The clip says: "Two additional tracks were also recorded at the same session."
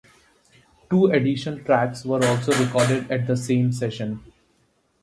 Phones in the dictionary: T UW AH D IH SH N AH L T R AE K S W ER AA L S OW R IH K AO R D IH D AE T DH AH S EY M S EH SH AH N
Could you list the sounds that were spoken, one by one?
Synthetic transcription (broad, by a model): T UW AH D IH SH AH N T R AE K S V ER AA L S OW R IH K AO R D IH D AE T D AH S EY M S EH SH AH N